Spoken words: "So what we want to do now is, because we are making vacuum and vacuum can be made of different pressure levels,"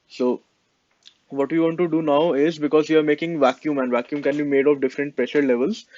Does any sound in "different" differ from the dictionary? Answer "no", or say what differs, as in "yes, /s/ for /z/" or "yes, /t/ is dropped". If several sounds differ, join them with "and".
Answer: no